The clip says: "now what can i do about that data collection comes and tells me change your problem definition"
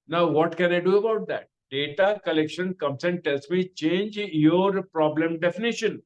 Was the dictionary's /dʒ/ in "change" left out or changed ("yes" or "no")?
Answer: no